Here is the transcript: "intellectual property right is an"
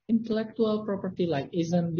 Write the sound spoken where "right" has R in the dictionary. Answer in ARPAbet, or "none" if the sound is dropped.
L